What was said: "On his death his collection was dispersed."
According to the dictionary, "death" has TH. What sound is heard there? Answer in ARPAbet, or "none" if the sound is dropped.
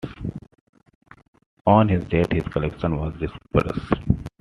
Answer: T